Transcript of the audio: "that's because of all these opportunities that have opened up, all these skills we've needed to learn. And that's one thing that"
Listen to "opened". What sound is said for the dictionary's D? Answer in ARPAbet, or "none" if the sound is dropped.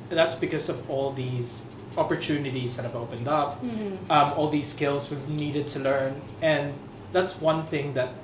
D